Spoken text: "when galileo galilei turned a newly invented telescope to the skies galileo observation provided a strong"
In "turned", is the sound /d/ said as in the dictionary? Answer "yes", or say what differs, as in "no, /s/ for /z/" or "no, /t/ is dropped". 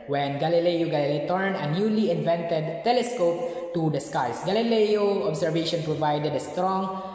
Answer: no, /d/ is dropped